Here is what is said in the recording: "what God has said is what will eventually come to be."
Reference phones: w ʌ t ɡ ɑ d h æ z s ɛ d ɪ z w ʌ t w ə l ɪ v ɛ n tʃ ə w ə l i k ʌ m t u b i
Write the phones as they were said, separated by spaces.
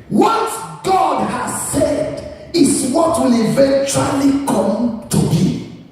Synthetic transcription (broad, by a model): w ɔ t ɡ ɑ d h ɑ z s ɛ d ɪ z w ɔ t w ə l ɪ v ɛ n tʃ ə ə l i k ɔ m t u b i